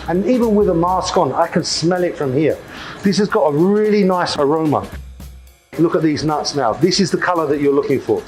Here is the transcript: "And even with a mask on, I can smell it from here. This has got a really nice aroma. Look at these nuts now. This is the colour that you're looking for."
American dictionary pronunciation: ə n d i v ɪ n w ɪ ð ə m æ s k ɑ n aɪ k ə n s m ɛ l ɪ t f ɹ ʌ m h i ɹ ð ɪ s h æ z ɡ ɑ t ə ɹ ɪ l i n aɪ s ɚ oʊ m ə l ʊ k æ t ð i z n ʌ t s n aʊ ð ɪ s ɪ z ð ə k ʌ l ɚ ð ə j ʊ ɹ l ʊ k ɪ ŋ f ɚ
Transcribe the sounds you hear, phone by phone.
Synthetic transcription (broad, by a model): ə n i v ɪ n w ɪ ð ə m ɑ s k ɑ n aɪ k ə n s m ɛ l ɪ t f ɹ ʌ m h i ɹ ð ɪ s h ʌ z ɡ ɑ t ə ɹ ɪ l i n aɪ s ɚ oʊ m ə l ʊ k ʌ t ð i z n ʌ t s n aʊ ð ɪ s ɪ z ð ə k ʌ l ɚ ð ə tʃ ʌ ɹ l ʊ k ɪ ŋ f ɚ